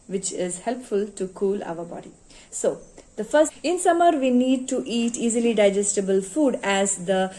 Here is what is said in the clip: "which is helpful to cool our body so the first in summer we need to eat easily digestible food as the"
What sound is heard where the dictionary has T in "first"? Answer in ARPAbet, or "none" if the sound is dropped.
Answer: none